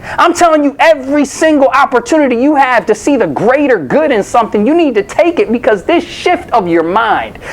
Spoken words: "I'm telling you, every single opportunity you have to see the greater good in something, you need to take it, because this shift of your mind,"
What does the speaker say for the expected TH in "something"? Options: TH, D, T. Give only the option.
TH